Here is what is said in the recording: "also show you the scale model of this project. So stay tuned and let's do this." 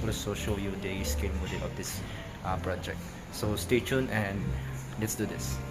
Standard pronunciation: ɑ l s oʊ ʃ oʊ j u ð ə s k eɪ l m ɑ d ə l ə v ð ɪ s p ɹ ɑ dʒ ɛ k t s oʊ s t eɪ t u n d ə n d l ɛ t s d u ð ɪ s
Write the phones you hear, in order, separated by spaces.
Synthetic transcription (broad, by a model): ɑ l s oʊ ʃ oʊ j u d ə s k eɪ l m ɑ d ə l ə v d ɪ s p ɹ ɑ dʒ ɛ k t s oʊ s t eɪ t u n ə n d l ɛ t s d u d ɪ s